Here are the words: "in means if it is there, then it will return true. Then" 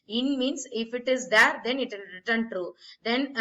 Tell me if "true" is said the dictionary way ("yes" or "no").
no